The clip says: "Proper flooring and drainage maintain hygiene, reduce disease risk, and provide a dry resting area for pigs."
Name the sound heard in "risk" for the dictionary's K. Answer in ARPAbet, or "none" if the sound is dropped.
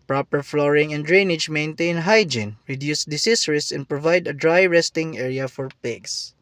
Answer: none